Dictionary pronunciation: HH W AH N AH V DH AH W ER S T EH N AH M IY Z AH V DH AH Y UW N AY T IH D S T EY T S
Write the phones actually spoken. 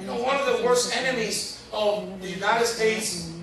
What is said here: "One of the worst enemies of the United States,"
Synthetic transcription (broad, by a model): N W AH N AH V DH AH W ER S T EH N AH M IY Z AH V DH AH Y UW N AY T IH D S T EY T S